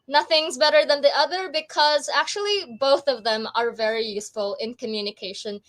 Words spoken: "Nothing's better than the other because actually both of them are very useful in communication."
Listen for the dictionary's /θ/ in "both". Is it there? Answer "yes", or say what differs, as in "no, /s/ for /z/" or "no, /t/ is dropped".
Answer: yes